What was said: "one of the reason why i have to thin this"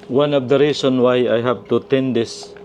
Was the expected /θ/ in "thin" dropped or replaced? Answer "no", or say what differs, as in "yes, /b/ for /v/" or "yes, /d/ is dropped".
yes, /t/ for /θ/